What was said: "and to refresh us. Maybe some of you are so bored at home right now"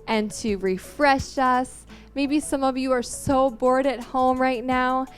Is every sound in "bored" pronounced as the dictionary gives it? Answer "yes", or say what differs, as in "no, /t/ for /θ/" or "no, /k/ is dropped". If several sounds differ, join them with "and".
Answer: yes